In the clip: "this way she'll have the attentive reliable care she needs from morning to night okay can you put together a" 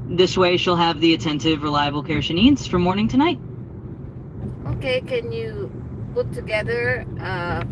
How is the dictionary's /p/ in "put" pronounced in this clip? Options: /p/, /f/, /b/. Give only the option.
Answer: /b/